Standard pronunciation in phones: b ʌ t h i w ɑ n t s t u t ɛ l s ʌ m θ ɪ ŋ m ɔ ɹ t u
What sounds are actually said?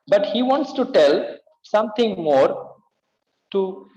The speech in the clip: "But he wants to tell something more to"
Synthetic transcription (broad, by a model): b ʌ t h i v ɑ n t s t u t ɛ l s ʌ m t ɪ ŋ m ɔ ɹ t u